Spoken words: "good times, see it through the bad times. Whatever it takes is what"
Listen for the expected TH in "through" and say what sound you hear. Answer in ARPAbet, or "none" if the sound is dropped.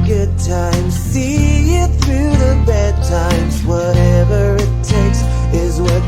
TH